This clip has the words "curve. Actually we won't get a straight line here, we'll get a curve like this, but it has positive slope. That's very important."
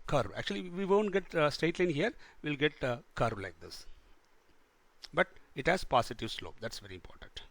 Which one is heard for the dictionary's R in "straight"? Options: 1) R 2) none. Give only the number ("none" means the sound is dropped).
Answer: 2